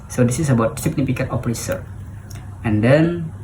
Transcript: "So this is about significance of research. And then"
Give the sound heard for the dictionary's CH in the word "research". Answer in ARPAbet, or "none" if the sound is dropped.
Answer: none